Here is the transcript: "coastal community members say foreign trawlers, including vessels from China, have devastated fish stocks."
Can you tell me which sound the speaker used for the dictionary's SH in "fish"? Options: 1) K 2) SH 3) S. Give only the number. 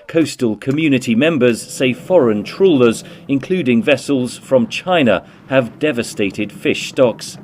2